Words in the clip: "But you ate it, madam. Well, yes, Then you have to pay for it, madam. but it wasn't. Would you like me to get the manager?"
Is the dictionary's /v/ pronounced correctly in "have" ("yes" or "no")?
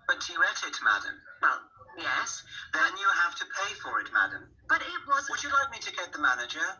no